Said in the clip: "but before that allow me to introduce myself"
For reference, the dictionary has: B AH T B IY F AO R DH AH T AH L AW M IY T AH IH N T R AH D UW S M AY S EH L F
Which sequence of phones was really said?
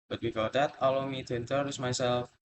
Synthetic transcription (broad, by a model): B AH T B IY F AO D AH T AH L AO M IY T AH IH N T AH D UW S M AY S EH L F